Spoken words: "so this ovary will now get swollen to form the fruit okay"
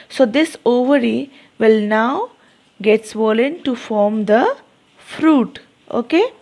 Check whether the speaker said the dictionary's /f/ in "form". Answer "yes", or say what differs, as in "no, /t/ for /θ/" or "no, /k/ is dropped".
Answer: yes